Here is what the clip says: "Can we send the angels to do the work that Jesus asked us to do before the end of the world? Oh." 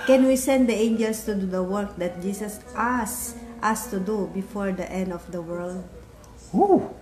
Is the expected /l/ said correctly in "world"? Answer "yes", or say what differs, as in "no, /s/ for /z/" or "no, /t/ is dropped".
yes